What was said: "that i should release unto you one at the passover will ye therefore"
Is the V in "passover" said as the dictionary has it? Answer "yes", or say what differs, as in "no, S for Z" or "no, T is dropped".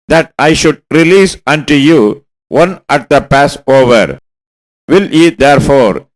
yes